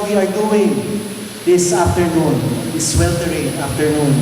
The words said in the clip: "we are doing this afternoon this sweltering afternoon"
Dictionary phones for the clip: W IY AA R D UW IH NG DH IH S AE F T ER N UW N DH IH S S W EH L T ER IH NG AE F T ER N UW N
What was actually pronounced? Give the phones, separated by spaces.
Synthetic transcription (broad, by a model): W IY AA R D UW IH NG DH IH S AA F T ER N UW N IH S S W EH L T ER IH NG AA F T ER N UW N